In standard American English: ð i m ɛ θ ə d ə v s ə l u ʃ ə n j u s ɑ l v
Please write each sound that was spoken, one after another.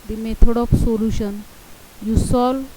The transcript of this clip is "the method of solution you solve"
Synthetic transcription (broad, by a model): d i m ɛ t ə d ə p s ə l u ʃ ə n j u s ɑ l